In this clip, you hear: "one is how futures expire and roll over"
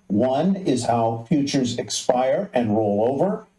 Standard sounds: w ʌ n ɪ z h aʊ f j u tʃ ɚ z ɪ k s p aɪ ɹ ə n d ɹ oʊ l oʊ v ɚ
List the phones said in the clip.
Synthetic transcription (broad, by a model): w ʌ n ɪ z h aʊ f j u tʃ ɚ z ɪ k s p aɪ ɹ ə n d ɹ oʊ l oʊ v ɚ